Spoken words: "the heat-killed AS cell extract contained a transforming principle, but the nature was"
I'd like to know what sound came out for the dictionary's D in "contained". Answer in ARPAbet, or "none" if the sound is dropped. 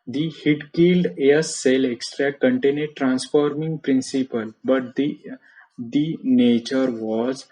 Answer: none